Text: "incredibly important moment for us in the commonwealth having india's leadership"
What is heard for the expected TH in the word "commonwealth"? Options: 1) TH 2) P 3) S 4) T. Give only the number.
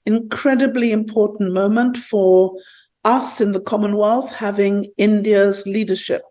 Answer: 1